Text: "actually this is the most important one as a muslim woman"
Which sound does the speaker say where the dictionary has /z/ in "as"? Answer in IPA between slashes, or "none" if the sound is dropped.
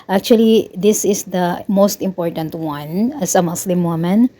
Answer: /s/